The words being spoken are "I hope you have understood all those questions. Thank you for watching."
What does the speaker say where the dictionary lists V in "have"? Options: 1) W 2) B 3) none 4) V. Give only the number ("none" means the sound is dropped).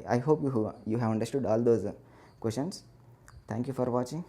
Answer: 4